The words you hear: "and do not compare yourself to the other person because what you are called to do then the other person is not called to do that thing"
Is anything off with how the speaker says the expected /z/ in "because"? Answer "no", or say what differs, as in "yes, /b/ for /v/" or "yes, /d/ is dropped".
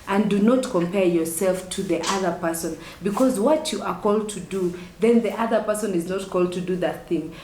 no